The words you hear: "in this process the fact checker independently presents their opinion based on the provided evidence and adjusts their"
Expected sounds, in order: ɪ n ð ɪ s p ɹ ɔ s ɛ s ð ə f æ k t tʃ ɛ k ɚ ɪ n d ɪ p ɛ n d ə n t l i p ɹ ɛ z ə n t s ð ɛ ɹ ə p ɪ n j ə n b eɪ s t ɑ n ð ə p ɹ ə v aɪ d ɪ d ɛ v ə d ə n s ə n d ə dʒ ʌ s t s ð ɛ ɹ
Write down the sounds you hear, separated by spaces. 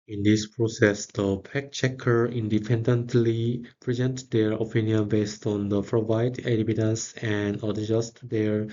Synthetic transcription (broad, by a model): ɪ n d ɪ s p ɹ ɔ s ɛ s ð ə p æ k tʃ ɛ k ɚ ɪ n d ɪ p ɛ n d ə n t l i p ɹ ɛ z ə n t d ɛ ɹ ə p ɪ n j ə n b eɪ s t ɑ n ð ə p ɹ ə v aɪ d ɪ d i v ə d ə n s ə n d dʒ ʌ s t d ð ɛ ɹ